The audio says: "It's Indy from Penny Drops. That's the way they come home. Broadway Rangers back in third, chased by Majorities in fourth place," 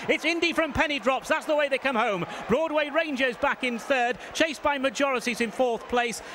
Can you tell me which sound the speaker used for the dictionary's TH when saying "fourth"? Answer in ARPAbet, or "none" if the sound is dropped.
TH